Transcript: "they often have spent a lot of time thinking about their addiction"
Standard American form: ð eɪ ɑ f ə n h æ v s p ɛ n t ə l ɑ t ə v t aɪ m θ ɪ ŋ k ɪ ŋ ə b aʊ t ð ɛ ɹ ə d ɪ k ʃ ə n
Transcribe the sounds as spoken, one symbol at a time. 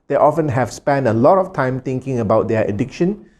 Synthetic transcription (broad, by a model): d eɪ ɑ f ə n h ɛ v s p ɛ n t ə l ɑ t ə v t aɪ m t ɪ ŋ k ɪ ŋ ə b aʊ t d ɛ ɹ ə d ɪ k ʃ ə n